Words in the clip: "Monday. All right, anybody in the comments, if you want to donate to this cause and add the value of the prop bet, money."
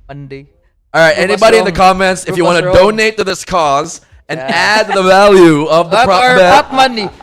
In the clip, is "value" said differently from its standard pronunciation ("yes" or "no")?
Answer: no